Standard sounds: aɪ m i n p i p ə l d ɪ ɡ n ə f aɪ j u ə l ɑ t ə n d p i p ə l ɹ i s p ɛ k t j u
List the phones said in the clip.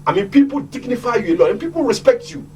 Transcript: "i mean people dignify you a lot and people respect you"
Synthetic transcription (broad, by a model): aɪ m i n p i p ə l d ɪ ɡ n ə f aɪ j u ə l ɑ ə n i p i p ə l ɹ i s p ɛ k t j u